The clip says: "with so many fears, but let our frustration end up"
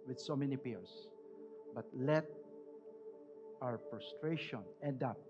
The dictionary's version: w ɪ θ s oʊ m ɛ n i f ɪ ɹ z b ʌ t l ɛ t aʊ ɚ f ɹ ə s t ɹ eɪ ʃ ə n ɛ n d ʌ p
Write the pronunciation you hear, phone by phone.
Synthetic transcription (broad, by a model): w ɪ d s oʊ m ɛ n i p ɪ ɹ s b ʌ t l ɛ t aʊ ɚ p ɹ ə s t ɹ eɪ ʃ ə n ɛ n d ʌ p